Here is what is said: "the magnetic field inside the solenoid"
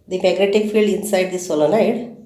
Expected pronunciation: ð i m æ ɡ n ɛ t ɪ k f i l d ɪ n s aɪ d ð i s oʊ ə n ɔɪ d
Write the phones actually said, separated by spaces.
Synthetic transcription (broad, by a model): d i m æ ɡ n ɛ t ɪ k f i l d ɪ n s aɪ d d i s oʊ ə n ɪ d